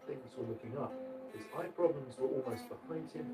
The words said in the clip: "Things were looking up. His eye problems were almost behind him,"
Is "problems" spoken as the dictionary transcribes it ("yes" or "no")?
yes